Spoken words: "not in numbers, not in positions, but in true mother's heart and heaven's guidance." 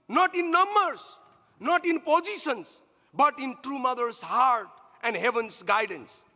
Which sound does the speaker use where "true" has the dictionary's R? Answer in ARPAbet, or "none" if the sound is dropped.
R